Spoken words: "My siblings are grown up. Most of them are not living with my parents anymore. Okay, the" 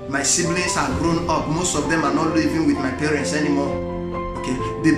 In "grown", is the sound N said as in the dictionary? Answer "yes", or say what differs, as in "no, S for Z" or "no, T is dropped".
yes